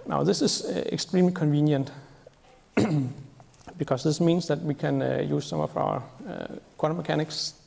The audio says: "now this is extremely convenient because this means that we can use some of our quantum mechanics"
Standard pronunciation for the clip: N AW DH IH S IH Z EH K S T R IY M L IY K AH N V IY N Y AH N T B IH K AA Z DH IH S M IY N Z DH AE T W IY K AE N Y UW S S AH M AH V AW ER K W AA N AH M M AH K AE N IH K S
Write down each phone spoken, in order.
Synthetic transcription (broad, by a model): N AW DH IH S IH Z EH K S T R IY M L IY K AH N V IY N Y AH N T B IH K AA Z DH IH S M IY N S DH AE T W IY K AE N Y UW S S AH M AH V AW ER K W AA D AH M M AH K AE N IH K S